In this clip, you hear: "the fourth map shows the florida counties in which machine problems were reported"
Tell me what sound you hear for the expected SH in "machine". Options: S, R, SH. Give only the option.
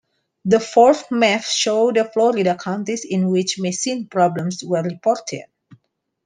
S